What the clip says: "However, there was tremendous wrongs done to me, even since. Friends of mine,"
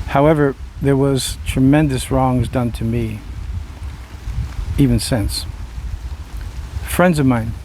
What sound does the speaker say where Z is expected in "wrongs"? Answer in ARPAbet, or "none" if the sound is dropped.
Z